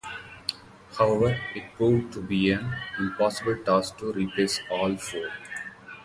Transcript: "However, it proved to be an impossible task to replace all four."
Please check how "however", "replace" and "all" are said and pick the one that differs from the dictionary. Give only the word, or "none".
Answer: replace